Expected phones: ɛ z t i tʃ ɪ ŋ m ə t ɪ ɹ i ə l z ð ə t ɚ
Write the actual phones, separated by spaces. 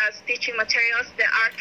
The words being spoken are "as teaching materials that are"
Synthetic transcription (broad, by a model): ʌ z t i tʃ ɪ ŋ m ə t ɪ ɹ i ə l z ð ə t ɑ